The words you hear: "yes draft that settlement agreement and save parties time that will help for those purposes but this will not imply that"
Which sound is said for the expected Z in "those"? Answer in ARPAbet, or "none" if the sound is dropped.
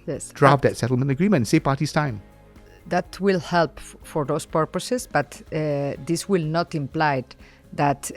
S